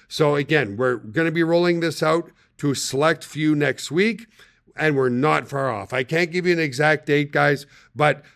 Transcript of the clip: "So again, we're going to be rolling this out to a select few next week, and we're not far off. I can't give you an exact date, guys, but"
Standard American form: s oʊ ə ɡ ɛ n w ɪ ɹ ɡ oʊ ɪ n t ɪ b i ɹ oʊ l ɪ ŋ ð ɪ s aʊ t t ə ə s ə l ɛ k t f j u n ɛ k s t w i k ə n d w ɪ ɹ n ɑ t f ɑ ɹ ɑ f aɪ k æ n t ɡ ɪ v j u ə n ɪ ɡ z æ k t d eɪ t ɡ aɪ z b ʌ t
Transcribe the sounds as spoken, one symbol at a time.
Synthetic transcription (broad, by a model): s oʊ ə ɡ ɛ n w ɪ ɹ ɡ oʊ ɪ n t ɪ b i ɹ oʊ l ɪ ŋ ð ɪ s aʊ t t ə ə s ə l ɛ k t f j u n ɛ k s t w i k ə n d w ɪ ɹ n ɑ t f ɑ ɹ ɑ f aɪ k æ n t ɡ ɪ v j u ə n ɪ ɡ z æ k t d eɪ t ɡ aɪ z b ʌ t